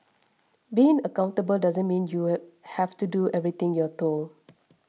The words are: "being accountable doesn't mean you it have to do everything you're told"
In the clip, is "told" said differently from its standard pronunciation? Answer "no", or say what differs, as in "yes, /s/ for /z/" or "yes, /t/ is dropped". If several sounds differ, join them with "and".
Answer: yes, /d/ is dropped